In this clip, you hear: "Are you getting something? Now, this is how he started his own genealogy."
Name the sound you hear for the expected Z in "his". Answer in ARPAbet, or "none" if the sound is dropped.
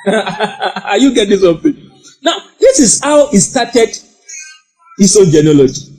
S